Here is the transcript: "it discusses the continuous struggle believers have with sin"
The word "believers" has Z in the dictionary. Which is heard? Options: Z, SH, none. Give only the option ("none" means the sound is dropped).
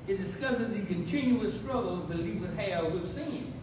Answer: none